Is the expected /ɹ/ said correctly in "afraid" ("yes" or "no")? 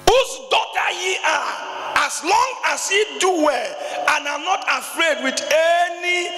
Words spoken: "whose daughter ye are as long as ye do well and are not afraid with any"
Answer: yes